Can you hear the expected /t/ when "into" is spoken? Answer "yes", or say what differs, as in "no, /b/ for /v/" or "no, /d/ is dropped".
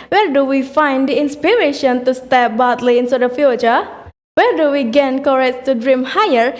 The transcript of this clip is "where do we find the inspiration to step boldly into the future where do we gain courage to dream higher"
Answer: no, /s/ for /t/